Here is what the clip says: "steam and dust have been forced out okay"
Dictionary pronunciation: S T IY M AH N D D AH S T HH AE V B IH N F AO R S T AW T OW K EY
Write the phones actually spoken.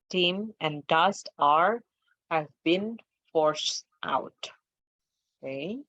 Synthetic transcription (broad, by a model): T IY M AH N D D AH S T HH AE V B IH N F AO R S T AW T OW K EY